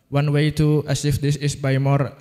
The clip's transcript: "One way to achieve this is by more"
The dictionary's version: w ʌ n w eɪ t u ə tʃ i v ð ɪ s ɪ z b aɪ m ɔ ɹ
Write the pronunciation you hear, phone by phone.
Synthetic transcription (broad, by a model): w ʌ n w eɪ t u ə s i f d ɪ s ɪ s b aɪ m ɔ ɹ